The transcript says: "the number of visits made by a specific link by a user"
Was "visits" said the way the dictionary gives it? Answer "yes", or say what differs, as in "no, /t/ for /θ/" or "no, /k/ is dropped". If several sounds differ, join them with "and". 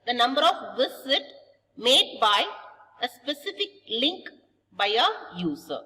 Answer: no, /s/ is dropped